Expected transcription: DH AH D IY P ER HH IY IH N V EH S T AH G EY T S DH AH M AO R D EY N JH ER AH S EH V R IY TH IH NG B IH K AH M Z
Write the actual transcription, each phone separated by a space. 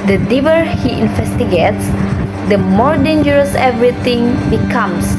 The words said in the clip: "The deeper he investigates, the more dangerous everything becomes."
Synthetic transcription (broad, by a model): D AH D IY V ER HH IY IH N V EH S T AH G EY T S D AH M AO R D EY N JH ER AH S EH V R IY T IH NG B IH K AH M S